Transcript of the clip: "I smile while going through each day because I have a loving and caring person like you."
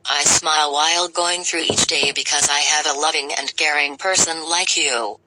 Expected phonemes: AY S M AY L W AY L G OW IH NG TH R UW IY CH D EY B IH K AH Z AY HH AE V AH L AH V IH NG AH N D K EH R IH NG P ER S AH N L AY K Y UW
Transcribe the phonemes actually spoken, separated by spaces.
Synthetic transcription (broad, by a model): AY S M AY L W AY L G OW IH NG TH R UW IY CH D EY B IH K AH Z AY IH V AH L AH V IH NG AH N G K EH R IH NG P ER S AH N L AY K Y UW